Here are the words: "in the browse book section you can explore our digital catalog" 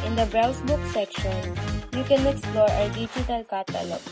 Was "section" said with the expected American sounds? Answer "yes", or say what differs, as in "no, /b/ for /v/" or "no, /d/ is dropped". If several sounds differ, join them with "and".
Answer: yes